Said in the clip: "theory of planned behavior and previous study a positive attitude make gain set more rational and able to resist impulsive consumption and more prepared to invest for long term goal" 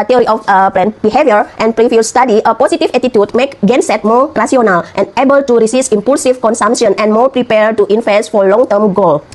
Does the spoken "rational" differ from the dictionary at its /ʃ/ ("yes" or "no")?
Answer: yes